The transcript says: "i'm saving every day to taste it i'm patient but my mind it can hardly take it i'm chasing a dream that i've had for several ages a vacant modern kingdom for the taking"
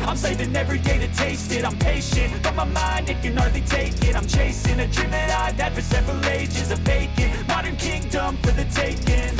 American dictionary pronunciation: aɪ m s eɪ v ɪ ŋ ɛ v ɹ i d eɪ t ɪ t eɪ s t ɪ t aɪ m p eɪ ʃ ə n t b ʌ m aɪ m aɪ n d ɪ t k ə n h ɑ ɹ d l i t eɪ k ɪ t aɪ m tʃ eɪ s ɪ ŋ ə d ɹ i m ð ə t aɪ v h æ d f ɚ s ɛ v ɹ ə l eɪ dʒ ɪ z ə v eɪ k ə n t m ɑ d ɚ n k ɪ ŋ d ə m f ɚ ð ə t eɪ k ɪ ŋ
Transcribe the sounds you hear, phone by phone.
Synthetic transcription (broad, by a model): aɪ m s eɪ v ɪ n ɛ v ɹ i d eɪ t ɪ t eɪ s t ɪ t aɪ m p eɪ ʃ ə n t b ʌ m aɪ m aɪ n d ɪ t k ə n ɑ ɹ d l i t eɪ k ɪ t aɪ m tʃ eɪ s ɪ ŋ ə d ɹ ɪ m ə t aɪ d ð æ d f ɚ s ɛ v ɹ ə l eɪ dʒ ɪ z ə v eɪ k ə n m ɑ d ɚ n k ɪ ŋ d ə m f ɚ ð ə t eɪ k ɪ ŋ